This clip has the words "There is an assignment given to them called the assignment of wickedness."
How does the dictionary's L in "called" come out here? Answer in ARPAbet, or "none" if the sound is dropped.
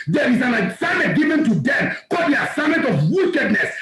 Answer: none